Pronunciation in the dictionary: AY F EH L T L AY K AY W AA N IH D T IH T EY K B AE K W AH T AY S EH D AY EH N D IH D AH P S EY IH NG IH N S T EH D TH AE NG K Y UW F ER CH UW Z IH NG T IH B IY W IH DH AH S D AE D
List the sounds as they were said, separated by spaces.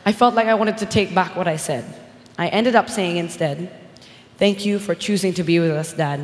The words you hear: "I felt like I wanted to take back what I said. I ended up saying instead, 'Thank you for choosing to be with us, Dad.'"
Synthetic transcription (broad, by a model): AY F EH L T L AY K AY W AA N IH D T IH T EY K B AE K W AH T AY S EH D AY EH N D IH D AH P S EY IH NG IH N S T EH D TH AE NG K Y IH F ER CH UW Z IH NG T IH B IY W IH DH AH S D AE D